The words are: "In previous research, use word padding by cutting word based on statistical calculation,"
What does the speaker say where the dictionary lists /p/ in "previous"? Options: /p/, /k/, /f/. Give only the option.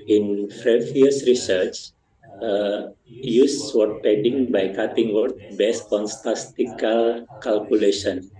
/f/